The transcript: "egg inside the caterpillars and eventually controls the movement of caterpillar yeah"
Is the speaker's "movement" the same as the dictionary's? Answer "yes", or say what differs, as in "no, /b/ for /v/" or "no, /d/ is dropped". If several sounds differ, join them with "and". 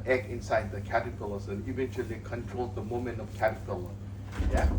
no, /v/ is dropped